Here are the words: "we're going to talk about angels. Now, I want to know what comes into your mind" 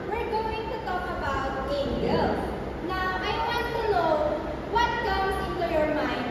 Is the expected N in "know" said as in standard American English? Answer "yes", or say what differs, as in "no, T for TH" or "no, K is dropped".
no, L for N